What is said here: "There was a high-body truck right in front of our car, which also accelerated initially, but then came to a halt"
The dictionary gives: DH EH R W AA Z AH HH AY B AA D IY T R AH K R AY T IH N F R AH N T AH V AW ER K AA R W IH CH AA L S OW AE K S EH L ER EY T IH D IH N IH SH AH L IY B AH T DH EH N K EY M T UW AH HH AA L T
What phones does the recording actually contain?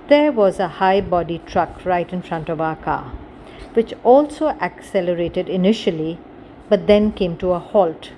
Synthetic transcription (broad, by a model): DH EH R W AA Z AH HH AY B AA D IY T R AH K R AY T IH N F R AH N T AH V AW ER K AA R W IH CH AA L S OW AE K S EH L ER EY T IH D IH N IH SH AH L IY B AH T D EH N K EY M T UW AH HH AA L T